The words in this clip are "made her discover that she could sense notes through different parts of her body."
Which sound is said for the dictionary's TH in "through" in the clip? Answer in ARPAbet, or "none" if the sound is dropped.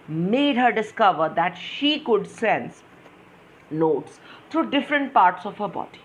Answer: T